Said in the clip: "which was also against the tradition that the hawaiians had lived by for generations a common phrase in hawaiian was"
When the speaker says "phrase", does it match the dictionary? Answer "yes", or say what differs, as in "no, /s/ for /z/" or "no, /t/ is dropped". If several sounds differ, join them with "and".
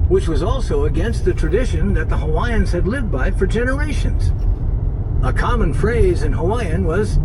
yes